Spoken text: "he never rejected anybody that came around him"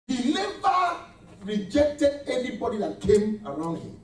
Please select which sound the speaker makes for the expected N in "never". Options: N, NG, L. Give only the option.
L